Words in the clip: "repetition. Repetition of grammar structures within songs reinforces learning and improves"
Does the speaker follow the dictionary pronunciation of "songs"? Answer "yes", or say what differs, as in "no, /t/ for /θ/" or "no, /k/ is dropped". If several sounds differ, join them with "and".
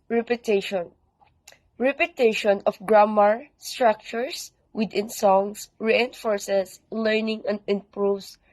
no, /s/ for /z/